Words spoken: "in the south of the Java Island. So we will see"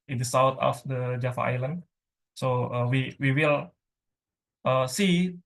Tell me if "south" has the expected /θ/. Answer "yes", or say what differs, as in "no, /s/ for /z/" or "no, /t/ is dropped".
no, /t/ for /θ/